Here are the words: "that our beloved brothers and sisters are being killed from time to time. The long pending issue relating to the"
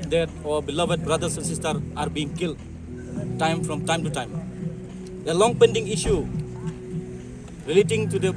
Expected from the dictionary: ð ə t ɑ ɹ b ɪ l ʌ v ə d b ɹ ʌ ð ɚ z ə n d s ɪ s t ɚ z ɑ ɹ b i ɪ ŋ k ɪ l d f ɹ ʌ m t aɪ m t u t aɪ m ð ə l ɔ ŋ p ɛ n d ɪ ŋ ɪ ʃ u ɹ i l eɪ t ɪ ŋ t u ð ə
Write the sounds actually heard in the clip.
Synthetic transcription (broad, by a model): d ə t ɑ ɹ b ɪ l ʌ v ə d b ɹ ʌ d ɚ s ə n s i s t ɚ ɑ ɹ b i ŋ k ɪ l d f ɹ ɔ m t aɪ m t u t aɪ m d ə l ɔ ŋ p ɛ n d ɪ ŋ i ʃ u ɹ i l eɪ t ɪ ŋ t u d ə